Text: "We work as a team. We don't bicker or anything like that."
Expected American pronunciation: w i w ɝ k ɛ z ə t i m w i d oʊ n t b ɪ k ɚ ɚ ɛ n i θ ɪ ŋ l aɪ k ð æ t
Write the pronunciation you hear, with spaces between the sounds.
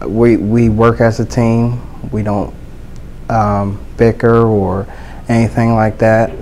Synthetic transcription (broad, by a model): w i w ɝ k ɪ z ə t i m w i d oʊ n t b ɪ k ɚ ɚ ɛ n i θ ɪ ŋ l aɪ k ð æ t